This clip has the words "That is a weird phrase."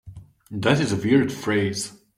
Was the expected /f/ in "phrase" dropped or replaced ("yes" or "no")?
no